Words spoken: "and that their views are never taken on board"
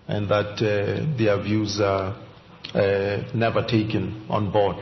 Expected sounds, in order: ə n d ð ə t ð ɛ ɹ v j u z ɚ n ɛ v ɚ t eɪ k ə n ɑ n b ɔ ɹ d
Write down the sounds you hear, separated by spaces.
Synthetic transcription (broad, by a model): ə n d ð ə t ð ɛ v j u z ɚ n ɛ v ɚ t eɪ k ə n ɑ n b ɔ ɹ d